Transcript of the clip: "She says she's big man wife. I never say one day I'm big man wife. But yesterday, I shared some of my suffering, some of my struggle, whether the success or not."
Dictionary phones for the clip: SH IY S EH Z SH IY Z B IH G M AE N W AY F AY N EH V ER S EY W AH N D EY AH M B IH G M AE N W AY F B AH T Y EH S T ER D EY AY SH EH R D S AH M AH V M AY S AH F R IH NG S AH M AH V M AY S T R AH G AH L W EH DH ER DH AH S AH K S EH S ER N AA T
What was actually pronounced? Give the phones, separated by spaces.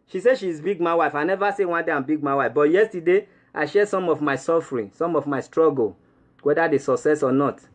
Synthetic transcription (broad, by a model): SH IY S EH SH IY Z B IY G M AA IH W AY F AY N EH V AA S EY W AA N D EY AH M B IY G M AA W AY F B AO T Y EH S T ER D EY AY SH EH S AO M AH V M AY S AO F R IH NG S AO M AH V M AY S T R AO G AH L W EH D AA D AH S AH K S EH S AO N AA T